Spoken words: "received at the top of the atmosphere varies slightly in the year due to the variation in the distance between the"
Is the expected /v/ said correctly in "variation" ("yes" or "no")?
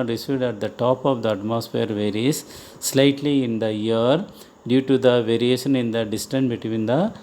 yes